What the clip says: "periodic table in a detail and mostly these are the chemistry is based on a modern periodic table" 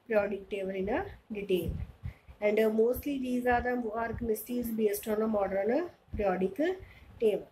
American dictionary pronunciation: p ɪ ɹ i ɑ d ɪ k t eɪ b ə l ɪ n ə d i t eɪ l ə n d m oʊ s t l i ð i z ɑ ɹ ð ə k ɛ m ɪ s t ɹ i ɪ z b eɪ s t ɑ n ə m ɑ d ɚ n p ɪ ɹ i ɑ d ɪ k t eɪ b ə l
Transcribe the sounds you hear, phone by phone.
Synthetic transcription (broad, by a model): p ɹ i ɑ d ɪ k t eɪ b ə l ɪ n ə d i t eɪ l ə n d m oʊ s t l i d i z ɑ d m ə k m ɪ s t i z b eɪ s t ɑ n ə m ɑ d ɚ n p ɹ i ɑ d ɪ k t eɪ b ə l